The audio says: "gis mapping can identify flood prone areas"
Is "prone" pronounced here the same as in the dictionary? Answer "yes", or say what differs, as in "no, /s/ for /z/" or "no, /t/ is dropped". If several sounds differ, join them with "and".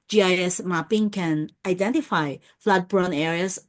no, /b/ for /p/